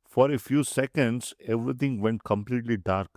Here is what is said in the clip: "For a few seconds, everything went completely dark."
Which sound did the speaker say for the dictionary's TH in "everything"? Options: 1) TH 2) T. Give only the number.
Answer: 2